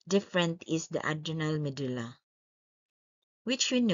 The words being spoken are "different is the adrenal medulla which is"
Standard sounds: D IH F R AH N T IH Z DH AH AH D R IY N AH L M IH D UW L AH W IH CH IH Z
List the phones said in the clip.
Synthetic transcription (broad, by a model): D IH F R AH N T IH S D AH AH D IY N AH L M IH D UW L AH W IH CH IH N